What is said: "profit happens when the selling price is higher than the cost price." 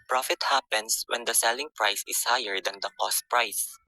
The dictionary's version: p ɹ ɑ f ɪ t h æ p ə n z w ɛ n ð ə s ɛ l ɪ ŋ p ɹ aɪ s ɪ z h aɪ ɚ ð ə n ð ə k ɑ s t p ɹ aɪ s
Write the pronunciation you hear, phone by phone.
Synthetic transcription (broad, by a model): p ɹ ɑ f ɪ t h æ p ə n s w ɛ n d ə s ɛ l ɪ ŋ p ɹ aɪ s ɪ s h aɪ ɚ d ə n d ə k ɑ s t p ɹ aɪ s